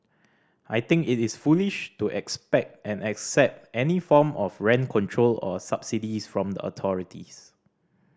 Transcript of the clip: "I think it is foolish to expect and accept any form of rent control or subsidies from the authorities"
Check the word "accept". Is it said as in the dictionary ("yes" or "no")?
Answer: yes